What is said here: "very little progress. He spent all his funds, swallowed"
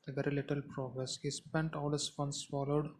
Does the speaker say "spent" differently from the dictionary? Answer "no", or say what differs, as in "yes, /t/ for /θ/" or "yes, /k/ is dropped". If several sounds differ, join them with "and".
no